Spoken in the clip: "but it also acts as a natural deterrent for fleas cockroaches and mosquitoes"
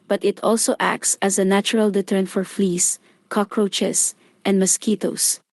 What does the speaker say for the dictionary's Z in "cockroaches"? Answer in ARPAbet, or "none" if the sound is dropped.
S